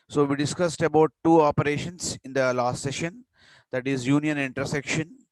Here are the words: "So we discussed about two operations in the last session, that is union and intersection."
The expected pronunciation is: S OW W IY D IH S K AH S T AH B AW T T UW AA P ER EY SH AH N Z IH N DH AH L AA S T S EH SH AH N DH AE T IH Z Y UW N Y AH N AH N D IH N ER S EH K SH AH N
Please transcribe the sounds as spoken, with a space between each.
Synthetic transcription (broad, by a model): S OW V IY D IH S K AH S T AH B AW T T UW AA P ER EY SH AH N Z IH N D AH L AA S T S EH SH AH N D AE T IH Z Y UW N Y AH N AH N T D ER S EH K SH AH N